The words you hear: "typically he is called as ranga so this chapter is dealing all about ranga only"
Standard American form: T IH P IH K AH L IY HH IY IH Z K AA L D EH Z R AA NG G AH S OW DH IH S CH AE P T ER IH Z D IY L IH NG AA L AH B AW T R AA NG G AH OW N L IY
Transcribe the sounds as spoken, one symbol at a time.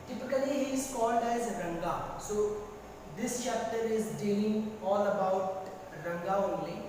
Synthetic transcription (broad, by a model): T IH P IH K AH L IY HH IY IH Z K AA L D EH Z R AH NG G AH S OW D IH S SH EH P T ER IH Z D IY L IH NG AA L AH B AW T R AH NG G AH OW N L IY